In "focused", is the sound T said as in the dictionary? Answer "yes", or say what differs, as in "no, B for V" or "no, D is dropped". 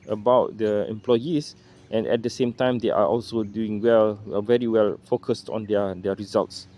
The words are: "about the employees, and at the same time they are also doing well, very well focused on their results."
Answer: yes